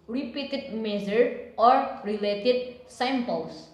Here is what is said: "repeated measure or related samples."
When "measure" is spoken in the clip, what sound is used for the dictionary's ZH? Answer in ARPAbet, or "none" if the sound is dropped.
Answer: Z